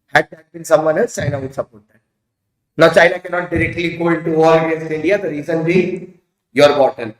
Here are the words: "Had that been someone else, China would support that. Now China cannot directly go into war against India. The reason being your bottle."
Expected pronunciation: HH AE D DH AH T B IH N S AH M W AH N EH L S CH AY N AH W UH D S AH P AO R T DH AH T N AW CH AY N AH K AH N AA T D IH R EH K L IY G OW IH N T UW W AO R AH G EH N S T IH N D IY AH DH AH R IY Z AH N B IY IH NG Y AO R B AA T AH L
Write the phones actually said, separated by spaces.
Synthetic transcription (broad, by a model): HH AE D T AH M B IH N S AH M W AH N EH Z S CH AY N AH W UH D S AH P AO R T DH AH T N AW CH AY N AH K AH N AA T D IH R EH K L IY G OW IH N T UW AO L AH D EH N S IH N D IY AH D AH R IY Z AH N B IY Y AO R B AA T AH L